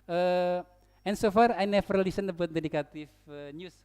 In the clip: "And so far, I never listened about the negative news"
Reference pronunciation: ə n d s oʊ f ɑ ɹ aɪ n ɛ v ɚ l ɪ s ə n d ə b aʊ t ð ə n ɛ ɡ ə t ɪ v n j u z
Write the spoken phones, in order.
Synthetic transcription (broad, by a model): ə n s oʊ f ɑ ɹ aɪ n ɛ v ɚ l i s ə n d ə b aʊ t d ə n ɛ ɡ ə t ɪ f n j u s